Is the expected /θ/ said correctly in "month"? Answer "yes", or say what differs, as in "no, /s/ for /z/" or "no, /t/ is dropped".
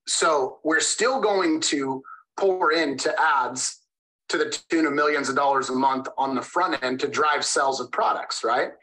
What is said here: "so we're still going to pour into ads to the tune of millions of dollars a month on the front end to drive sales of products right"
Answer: yes